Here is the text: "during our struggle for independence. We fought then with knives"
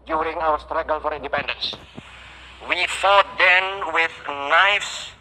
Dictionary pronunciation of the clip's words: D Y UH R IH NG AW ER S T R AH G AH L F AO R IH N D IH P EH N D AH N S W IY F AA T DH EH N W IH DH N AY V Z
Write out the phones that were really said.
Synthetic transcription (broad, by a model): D Y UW R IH NG AW ER S T R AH G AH L F AO R IH N D IH P EH N D AH N S W IY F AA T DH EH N W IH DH N AY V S